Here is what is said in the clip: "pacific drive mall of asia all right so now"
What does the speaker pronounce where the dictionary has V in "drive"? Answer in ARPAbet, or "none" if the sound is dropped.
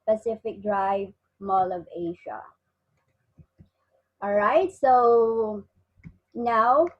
V